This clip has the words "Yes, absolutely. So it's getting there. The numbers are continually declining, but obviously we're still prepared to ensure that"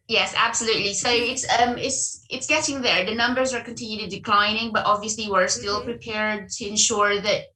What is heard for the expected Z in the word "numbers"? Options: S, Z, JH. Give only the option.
Z